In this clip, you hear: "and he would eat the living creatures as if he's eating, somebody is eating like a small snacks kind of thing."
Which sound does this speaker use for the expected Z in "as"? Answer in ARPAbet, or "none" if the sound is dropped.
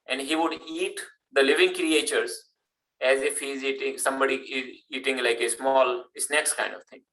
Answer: Z